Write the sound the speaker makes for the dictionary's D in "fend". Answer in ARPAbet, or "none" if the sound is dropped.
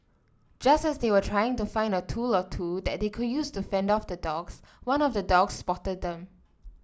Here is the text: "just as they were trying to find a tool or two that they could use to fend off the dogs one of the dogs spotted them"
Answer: D